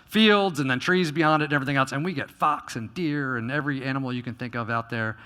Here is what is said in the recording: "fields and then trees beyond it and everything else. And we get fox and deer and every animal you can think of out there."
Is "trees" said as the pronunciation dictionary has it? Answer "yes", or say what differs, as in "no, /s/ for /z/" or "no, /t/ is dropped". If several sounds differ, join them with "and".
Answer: yes